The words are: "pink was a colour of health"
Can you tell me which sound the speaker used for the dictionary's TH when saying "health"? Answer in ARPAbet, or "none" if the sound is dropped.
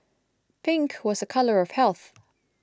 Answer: TH